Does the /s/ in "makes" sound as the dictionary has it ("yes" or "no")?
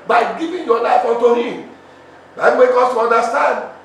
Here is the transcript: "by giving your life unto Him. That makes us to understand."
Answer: no